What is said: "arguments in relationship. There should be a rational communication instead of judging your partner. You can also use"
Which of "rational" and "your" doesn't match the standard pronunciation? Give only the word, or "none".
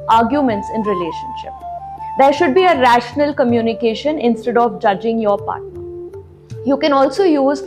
none